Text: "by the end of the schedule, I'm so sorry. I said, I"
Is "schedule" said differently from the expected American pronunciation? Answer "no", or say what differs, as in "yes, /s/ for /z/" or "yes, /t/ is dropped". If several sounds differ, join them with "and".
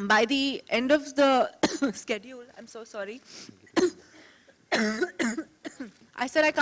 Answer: no